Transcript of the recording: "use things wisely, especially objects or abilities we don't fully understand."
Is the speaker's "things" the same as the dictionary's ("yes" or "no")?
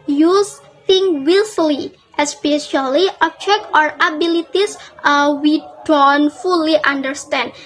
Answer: no